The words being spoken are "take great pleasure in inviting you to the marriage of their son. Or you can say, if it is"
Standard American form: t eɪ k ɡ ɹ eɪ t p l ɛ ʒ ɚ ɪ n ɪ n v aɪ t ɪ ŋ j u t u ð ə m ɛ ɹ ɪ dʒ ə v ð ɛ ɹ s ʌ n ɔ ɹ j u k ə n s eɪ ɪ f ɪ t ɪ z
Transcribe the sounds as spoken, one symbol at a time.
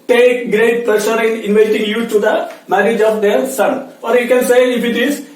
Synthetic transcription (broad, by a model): t eɪ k ɡ ɹ eɪ t p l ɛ ʃ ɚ ɪ n ɪ n v aɪ t ɪ ŋ j u t u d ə m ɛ ɹ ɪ dʒ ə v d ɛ ɹ s ʌ n ɔ ɹ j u k ə n s eɪ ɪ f ɪ t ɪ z